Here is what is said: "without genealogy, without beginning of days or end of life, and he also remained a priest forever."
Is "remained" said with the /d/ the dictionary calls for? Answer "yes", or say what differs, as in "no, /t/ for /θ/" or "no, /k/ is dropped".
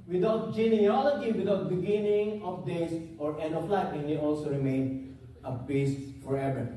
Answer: no, /d/ is dropped